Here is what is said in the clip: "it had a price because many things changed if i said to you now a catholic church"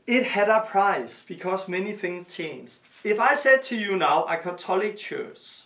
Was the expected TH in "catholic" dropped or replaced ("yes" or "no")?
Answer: yes